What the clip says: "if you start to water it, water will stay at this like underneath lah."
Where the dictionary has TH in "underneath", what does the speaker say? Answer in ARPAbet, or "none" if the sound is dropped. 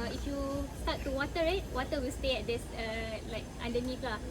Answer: F